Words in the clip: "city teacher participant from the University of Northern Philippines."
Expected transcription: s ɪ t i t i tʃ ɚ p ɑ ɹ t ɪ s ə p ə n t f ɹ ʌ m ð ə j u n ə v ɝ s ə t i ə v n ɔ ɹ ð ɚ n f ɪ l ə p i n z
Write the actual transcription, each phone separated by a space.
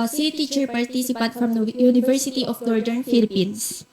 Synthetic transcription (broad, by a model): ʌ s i t i tʃ ɚ p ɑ ɹ t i s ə p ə t f ɹ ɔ m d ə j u n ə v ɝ s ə t i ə f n ɔ ɹ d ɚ n f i l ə p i n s